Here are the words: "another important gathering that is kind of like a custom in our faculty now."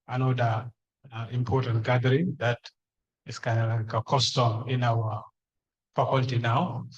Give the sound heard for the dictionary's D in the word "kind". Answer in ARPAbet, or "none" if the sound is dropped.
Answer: none